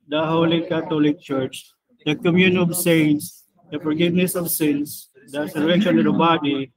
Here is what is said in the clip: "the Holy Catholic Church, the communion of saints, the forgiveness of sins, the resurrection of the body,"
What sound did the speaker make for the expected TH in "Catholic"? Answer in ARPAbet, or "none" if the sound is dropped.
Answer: T